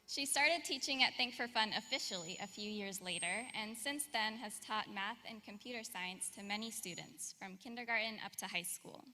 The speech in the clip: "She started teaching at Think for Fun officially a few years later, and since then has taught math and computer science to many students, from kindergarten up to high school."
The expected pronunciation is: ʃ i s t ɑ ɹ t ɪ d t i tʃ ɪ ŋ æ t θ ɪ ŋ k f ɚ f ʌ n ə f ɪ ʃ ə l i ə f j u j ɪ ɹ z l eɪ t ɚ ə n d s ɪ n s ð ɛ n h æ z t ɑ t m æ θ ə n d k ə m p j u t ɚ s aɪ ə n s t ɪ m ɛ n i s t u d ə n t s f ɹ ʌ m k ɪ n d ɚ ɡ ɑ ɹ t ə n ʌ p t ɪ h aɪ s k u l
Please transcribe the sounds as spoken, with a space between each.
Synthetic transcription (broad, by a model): ʃ i s t ɑ ɹ t ɪ d t i tʃ ɪ ŋ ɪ t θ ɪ ŋ k f ɚ f ʌ n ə f ɪ ʃ l i ə f j u j ɪ ɹ z l eɪ t ɚ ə n s ɪ n s ð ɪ n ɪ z t ɑ t m æ θ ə n k ə m p j u t ɚ s aɪ ə n s t ɪ m ɛ n i s t u d n t s f ɹ ʌ m k ɪ n d ɚ ɡ ɑ ɹ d n ʌ p t ɪ h aɪ s k u l